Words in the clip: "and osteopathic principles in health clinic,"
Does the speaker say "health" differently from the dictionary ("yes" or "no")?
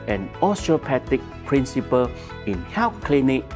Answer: yes